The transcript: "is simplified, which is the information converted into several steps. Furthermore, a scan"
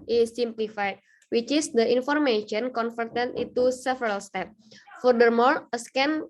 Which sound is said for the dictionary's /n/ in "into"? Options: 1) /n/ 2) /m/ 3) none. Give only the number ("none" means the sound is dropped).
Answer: 3